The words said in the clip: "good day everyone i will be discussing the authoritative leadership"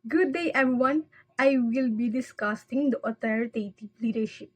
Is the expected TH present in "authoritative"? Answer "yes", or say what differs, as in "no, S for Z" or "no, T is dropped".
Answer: no, T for TH